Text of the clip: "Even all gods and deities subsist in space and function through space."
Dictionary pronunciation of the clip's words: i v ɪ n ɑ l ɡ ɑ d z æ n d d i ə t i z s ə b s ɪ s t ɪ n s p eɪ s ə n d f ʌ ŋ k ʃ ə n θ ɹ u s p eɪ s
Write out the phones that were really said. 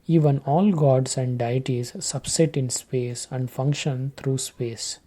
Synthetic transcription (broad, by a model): i v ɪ n ɑ l ɡ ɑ d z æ n d d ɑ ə t i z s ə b s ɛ t ɪ n s p eɪ s ə n d f ʌ ŋ k ʃ ə n t ɹ u s p eɪ s